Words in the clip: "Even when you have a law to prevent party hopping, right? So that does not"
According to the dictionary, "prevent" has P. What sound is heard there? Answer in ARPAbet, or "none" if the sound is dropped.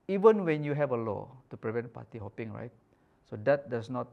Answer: P